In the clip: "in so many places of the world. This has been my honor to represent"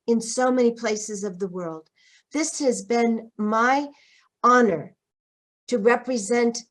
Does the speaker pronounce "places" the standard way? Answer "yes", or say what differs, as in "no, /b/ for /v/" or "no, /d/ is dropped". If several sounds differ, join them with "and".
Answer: yes